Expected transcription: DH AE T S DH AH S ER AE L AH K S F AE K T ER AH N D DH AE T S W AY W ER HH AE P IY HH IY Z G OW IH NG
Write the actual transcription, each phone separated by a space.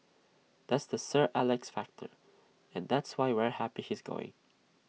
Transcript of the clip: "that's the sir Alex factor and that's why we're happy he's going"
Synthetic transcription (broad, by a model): DH AE T S DH AH S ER AE L AH K S F AE K T ER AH N DH AE T S W AY W ER HH AE P IY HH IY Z G OW IH NG